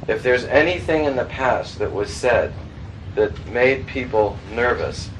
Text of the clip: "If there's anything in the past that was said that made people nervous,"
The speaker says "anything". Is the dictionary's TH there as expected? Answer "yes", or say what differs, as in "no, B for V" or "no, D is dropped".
yes